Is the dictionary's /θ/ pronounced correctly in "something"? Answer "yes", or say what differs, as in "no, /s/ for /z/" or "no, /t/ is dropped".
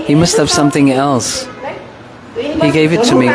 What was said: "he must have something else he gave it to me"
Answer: yes